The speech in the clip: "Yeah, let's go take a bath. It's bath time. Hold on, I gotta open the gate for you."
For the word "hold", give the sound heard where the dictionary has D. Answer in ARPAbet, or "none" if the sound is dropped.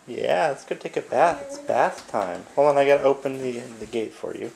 none